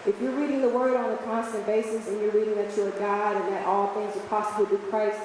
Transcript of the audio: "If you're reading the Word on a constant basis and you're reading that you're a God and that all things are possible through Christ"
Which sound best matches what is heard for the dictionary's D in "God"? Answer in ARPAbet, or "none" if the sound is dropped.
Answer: D